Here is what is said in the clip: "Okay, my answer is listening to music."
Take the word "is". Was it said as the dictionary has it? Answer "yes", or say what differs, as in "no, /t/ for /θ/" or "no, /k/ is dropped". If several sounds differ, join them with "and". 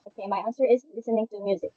yes